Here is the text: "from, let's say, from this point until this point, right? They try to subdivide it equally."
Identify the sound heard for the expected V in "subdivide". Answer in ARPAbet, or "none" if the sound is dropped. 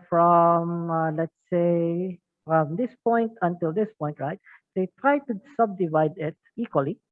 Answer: V